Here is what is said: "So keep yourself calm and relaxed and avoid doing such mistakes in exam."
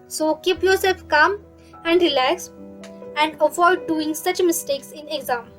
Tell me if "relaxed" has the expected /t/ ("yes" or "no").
no